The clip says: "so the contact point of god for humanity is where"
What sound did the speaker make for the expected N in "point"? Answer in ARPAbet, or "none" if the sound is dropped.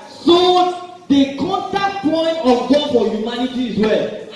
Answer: N